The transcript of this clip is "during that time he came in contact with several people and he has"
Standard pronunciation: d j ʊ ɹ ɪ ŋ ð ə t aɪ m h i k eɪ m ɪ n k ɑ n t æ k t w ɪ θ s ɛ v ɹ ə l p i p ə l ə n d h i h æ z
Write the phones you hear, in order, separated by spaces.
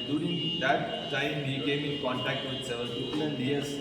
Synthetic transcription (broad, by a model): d j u ɹ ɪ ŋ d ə t aɪ m h i k eɪ m ɪ n k ɑ n t æ k t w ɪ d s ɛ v ə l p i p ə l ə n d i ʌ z